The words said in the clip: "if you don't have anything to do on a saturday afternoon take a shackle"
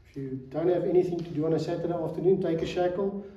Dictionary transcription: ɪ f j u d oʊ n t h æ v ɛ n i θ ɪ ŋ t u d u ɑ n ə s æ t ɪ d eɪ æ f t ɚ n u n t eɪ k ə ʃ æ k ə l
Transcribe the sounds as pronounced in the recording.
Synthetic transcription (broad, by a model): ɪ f j u d oʊ n t h æ v ɛ n i θ ɪ ŋ t u d u ɑ n ə s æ t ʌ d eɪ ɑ f t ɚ n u n t eɪ k ə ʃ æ k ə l